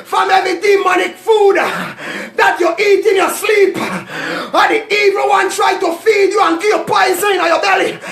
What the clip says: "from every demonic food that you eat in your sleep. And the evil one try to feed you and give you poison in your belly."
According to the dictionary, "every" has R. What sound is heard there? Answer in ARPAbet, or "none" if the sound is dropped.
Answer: none